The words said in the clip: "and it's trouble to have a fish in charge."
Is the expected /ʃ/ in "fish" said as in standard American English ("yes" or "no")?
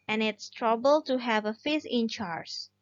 no